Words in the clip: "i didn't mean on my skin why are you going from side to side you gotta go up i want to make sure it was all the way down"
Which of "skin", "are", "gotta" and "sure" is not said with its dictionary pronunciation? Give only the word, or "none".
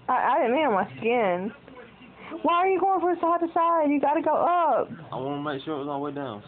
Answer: none